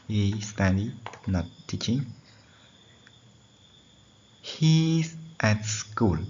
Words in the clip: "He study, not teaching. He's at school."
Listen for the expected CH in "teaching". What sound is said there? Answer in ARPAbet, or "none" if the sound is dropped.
CH